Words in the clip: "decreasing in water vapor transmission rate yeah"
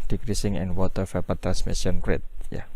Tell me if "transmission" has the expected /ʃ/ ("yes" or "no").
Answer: no